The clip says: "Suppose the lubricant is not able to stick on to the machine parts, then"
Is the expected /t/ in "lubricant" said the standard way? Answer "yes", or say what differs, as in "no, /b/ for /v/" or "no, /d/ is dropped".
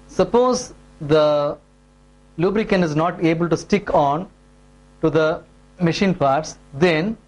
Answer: no, /t/ is dropped